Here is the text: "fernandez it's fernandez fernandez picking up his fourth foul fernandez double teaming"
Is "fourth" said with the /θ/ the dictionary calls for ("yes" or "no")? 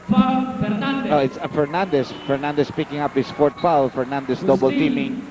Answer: no